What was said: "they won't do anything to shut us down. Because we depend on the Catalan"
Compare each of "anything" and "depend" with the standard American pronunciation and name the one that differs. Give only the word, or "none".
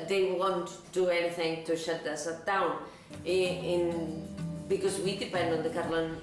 none